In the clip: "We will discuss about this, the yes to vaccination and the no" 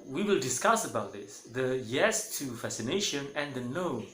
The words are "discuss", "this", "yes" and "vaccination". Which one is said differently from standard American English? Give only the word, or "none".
vaccination